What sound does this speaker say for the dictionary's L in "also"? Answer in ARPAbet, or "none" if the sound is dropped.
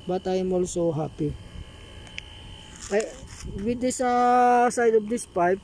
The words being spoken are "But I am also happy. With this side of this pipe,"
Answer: L